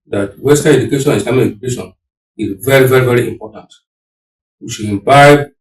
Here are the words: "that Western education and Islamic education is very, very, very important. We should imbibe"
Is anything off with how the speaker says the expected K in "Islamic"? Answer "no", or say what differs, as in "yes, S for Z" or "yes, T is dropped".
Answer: yes, K is dropped